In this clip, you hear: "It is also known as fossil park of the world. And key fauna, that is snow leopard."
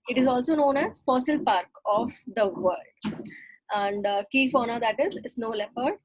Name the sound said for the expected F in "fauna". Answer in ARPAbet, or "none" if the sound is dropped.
F